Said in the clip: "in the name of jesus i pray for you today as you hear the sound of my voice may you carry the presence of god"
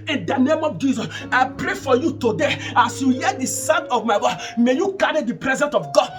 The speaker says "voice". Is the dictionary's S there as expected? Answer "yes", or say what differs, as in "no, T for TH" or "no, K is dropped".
no, S is dropped